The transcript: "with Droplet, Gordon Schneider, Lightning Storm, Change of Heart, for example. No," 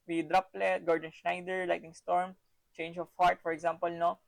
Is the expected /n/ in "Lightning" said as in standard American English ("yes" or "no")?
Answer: no